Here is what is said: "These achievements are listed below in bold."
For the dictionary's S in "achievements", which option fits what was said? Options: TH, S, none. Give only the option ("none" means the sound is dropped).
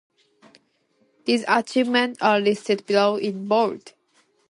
none